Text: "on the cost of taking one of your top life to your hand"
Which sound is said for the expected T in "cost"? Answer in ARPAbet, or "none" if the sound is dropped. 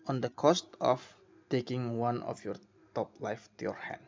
T